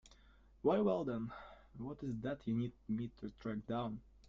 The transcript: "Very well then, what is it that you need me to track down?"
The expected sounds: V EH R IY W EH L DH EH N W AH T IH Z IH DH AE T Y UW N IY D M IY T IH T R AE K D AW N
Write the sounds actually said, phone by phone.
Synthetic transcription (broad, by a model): W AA IY W EH L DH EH N W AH T IH Z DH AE T Y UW N IY D M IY T IH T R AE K D AW N